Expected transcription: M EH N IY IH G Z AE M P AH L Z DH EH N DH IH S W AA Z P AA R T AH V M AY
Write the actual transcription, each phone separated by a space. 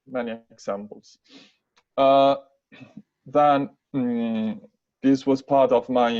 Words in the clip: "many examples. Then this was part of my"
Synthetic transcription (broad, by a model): M EH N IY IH G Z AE M P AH L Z DH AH N DH IH S W AA Z P AA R T AH V M AY